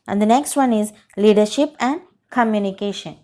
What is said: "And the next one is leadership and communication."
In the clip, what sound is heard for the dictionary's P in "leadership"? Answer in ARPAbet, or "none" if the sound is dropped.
P